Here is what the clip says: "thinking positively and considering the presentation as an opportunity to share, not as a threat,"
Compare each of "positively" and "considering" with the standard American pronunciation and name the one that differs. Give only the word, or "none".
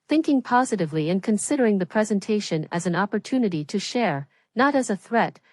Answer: none